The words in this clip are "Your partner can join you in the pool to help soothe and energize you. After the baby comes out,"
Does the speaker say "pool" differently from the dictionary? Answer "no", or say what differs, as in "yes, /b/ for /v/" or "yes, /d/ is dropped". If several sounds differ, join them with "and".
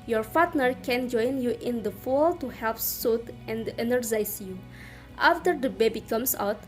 yes, /f/ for /p/